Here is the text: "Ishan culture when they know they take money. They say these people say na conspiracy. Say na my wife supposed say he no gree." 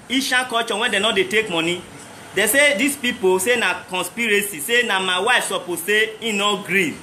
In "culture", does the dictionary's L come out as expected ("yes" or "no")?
no